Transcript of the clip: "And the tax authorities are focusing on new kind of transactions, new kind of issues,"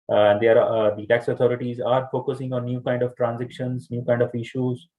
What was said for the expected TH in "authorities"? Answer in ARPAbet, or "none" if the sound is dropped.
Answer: T